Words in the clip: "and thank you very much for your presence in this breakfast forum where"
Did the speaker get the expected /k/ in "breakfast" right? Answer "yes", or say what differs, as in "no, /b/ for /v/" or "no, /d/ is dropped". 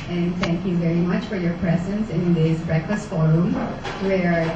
yes